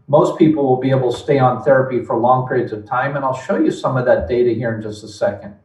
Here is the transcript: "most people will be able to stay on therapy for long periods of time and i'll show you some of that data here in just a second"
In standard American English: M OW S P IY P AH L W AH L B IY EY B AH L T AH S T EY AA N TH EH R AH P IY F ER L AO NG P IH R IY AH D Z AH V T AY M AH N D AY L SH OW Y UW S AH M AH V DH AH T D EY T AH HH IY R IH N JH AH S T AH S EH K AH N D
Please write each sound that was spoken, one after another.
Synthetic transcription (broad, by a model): M OW S P IY P L W AH L B IY EY B L T AH S T EY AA N TH EH R AH P IY F ER L AO NG P IH R IY AH D Z AH V T AY M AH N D AY L SH OW Y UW S AH M AH V DH AH T D EY T AH HH IY R IH N JH AH S T AH S EH K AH N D